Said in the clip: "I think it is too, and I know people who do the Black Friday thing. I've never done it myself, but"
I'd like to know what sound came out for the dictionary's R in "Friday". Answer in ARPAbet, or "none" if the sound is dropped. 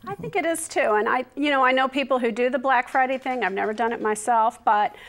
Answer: R